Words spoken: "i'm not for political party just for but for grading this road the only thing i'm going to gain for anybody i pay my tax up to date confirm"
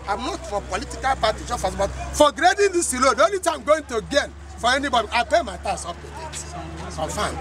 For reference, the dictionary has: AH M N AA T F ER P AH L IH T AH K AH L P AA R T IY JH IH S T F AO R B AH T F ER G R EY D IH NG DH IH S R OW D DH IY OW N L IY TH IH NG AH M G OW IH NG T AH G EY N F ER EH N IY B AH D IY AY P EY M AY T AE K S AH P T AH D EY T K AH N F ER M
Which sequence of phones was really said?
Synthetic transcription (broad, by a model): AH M N AA T F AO P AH L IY T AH K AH L P AA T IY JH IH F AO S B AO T F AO G R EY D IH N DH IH S L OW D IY OW N L IY T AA AH M G OW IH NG T AH G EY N F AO EH N IY B AH D IY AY P EY M AY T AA S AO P T AH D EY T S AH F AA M